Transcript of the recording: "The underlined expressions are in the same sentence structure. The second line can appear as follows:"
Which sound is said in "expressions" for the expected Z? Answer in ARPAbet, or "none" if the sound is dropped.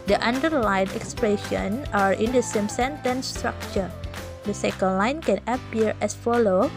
none